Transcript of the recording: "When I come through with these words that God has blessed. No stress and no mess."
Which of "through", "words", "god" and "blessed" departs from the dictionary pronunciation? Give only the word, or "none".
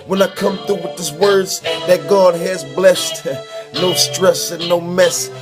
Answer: through